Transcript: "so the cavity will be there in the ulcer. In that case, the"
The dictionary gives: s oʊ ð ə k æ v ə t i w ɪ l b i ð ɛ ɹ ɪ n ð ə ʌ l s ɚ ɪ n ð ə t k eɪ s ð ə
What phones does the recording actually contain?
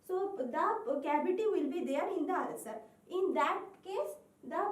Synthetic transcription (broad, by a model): s oʊ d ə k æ b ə t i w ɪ l b i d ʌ ɹ ɪ n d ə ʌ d s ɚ ɪ n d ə t k eɪ s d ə